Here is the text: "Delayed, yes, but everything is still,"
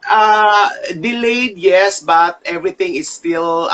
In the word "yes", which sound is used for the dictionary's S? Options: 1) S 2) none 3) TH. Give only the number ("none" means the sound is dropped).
1